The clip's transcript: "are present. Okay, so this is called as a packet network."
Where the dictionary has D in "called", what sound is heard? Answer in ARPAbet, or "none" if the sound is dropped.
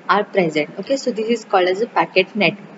none